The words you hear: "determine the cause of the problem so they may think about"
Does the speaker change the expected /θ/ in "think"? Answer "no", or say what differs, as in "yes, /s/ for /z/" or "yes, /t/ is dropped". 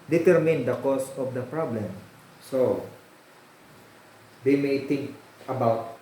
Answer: yes, /t/ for /θ/